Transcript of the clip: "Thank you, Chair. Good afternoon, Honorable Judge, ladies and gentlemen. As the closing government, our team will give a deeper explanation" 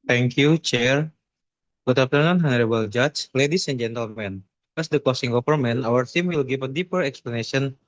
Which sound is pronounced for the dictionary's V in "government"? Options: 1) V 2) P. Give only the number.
2